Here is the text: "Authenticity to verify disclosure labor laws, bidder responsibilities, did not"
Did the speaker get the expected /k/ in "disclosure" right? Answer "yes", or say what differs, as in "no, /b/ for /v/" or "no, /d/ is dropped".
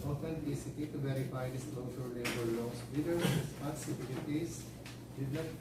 no, /k/ is dropped